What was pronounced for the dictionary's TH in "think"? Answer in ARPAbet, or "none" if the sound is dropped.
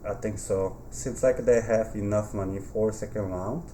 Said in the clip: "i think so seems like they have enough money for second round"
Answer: T